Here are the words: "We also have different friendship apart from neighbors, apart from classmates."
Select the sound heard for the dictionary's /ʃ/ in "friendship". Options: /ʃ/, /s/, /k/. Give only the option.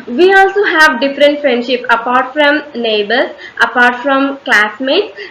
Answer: /ʃ/